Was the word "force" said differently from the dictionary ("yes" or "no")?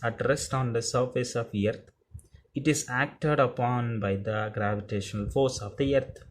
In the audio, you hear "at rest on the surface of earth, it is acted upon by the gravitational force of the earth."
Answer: no